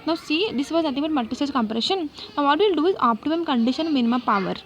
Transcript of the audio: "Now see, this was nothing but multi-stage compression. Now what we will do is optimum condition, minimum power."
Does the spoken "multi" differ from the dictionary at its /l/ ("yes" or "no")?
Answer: yes